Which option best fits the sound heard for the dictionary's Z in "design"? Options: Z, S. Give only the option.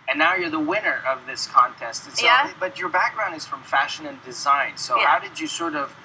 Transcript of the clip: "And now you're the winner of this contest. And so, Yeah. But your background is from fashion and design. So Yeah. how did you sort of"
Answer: Z